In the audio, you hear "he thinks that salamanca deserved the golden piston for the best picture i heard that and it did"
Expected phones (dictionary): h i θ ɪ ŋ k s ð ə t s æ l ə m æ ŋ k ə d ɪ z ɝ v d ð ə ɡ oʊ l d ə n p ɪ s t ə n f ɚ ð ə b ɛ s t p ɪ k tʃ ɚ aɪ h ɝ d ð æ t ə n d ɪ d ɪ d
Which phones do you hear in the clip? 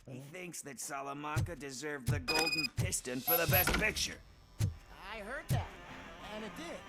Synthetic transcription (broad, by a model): h i θ ɪ ŋ k s ð ə t s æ l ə m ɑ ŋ k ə d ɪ z ɝ v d ð ə ɡ oʊ l d n p ɪ s t ə n f ɚ ð ə b ɛ s t p ɪ k tʃ ɚ aɪ h ɝ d ð æ t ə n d ɪ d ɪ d